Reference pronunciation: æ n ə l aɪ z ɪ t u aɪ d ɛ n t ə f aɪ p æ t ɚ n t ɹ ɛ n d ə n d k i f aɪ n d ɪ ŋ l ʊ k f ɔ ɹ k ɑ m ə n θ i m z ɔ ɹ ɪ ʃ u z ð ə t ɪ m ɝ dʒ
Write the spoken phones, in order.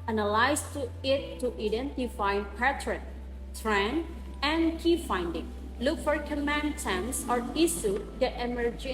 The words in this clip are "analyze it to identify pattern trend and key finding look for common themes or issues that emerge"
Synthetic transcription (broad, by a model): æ n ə l aɪ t ɪ t u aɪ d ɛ n t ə f aɪ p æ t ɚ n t ɹ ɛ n ə n k i f aɪ n d ɪ ŋ l ʊ k f ɔ ɹ k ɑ m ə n t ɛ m s ɔ ɹ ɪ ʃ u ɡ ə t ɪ m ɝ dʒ